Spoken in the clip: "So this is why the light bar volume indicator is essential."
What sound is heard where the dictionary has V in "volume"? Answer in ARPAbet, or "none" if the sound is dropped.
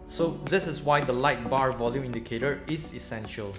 V